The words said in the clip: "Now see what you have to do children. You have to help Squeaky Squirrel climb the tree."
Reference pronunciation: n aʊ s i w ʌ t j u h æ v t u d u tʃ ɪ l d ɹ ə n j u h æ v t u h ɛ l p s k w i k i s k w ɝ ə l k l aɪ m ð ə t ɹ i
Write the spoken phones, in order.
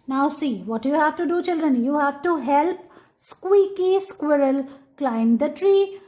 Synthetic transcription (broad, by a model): n aʊ s i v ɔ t j u h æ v t u d u tʃ ɪ l d ɹ ə n j u h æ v t u h ɛ l p s k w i k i s k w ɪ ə l k l aɪ m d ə t ɹ i